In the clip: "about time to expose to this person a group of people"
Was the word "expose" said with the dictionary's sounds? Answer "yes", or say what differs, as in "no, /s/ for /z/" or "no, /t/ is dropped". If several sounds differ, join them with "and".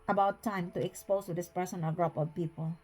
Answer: no, /s/ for /z/